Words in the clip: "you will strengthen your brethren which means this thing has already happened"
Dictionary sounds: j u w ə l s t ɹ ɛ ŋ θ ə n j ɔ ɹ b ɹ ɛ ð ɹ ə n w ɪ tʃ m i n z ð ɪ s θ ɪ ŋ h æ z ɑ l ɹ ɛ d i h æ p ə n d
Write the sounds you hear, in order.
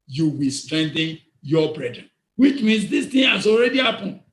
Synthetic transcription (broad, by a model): j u w ə l s t ɹ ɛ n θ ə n j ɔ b ɹ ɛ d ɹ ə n w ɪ tʃ m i n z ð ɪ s t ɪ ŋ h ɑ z ɑ l ɹ ɛ d i h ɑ p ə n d